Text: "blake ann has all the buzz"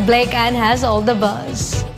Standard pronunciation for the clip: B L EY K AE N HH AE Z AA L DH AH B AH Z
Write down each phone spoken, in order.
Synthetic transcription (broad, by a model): B L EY K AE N HH AE Z AA L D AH B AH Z